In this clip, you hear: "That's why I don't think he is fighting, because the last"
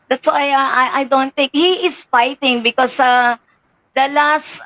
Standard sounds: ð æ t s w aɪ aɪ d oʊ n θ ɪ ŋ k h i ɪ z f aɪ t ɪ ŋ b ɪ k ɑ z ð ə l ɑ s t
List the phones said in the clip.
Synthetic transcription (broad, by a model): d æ t s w aɪ aɪ d oʊ n t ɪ ŋ k h i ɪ s f aɪ t ɪ ŋ b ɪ k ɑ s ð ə l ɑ s t